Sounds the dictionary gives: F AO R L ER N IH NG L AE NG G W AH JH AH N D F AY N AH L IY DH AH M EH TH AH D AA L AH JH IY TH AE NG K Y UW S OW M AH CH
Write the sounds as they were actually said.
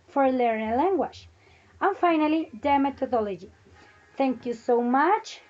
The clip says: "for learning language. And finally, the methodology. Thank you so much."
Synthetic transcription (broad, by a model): F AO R L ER IH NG L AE NG G W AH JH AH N F AY N AH L IY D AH M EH T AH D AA L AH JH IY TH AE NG K Y UW S OW M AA CH